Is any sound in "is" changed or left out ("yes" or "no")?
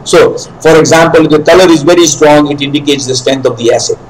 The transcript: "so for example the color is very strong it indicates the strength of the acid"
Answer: no